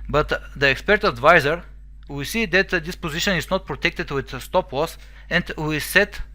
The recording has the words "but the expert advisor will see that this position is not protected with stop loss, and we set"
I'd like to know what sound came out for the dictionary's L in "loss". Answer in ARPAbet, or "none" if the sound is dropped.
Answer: W